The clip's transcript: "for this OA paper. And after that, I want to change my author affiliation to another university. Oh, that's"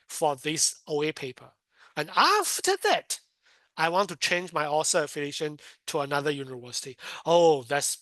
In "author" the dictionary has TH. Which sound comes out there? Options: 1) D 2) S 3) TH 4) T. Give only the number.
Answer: 2